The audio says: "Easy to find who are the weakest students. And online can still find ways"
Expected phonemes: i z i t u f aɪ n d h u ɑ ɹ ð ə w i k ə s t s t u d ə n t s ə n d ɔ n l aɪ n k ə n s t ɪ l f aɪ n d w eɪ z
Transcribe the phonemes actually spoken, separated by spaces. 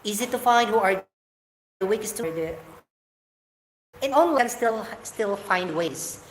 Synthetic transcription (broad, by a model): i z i t u f aɪ n d h u ɑ ɹ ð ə w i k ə s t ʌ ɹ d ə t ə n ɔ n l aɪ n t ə l s t ɪ l f aɪ n d w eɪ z